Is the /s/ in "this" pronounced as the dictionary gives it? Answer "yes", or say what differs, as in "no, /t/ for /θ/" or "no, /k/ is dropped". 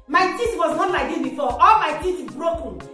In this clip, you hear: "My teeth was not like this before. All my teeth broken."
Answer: no, /s/ is dropped